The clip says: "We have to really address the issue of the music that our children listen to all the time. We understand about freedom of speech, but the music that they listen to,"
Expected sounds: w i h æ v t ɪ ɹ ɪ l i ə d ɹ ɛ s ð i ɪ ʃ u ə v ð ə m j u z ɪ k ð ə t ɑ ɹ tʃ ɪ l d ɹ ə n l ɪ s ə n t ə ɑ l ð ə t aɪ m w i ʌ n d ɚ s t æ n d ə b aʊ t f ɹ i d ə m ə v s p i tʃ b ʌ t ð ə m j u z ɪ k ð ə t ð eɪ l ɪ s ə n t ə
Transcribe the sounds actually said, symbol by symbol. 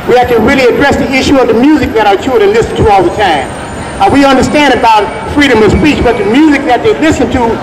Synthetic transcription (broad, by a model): w i h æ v t ɪ ɹ ɪ l i ə d ɹ ɛ s ð i ɪ ʃ u ə v ð ə m j u z ɪ k ð ə t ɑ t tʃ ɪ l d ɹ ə n l ɪ s n t ə ɑ l ð ə t aɪ m w i ʌ n d ɚ s t æ n d ə b aʊ t f ɹ i d ə m ə v s p i tʃ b ʌ t ð ə m j u z ɪ k ð ə t ð eɪ l ɪ s ə n t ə